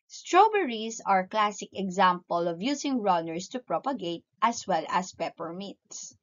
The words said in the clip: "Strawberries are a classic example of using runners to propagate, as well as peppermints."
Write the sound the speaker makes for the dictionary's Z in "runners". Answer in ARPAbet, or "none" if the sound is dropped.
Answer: S